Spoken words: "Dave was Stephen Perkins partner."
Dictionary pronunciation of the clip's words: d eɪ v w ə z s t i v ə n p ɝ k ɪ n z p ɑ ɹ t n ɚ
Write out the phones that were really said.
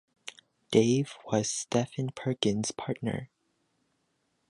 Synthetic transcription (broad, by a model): d eɪ v w ə z s t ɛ f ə n p ɝ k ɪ n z p ɑ ɹ t n ɚ